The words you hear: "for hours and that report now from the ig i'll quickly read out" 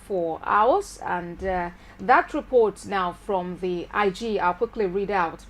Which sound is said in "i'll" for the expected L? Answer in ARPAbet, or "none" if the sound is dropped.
L